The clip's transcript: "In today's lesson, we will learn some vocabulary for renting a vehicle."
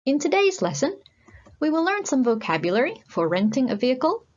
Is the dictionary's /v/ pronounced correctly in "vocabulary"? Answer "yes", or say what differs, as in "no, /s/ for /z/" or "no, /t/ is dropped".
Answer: yes